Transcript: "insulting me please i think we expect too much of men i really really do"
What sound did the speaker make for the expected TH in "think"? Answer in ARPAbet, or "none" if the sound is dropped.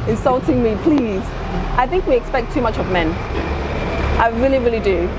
TH